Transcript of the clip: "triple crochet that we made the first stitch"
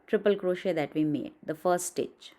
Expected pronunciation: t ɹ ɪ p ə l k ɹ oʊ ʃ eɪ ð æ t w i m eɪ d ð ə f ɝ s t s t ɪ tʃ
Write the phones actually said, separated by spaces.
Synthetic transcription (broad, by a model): t ɹ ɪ p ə l k ɹ oʊ ʃ eɪ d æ t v i m eɪ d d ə f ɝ t s t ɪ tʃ